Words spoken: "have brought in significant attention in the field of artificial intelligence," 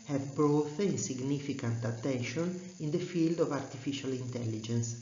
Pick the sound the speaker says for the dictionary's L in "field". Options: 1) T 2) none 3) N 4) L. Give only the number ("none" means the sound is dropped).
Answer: 4